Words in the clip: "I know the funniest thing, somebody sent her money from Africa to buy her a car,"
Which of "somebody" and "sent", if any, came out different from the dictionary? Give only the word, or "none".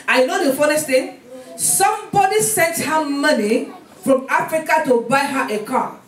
none